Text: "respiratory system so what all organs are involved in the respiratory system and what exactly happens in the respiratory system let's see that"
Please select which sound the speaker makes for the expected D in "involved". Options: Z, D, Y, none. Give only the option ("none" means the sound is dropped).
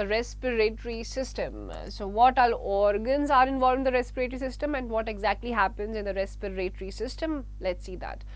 none